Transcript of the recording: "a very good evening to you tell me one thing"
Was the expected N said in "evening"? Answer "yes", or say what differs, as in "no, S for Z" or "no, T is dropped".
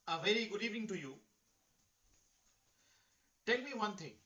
no, N is dropped